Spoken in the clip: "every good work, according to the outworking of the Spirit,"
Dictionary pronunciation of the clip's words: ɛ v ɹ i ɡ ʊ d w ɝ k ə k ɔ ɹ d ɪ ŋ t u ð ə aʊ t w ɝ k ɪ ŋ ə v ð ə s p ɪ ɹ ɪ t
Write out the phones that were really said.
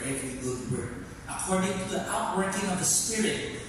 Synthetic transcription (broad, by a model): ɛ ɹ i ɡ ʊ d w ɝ ə k ɔ ɹ d ɪ ŋ t u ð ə aʊ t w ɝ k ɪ ŋ ə v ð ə s p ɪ ɹ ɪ t